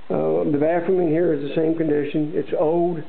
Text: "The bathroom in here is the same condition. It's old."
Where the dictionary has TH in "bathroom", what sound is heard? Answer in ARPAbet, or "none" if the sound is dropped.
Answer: F